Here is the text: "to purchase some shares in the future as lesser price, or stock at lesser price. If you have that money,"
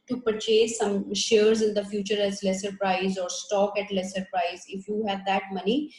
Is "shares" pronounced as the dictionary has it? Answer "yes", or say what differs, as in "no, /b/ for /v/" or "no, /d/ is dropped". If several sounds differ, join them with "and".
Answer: yes